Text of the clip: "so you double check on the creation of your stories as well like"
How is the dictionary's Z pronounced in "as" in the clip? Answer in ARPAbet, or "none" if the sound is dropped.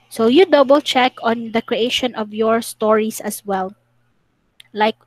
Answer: S